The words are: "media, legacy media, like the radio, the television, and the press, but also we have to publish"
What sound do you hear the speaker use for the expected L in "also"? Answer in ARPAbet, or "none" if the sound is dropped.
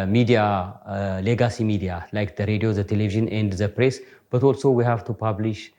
L